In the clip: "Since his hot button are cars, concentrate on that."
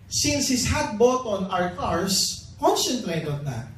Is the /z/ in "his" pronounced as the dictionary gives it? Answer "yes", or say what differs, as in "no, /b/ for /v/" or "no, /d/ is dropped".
no, /s/ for /z/